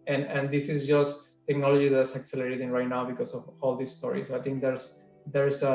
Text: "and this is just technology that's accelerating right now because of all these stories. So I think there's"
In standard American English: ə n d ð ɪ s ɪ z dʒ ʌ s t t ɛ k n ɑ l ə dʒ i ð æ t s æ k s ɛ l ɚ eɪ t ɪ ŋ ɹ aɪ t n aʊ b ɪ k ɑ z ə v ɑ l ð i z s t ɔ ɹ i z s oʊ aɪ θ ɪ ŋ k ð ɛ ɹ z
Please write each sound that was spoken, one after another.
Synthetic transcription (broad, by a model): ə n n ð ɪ s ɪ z dʒ ʌ s t t ɛ k n ɑ l ə dʒ i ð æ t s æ k s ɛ l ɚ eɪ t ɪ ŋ ɹ aɪ t n aʊ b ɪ k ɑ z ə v ɑ l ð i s s t ɔ ɹ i s oʊ aɪ t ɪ ŋ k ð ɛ ɹ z